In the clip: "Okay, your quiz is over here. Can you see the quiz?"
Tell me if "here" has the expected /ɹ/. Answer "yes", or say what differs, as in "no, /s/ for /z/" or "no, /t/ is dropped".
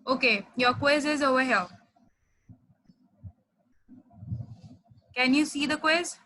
no, /l/ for /ɹ/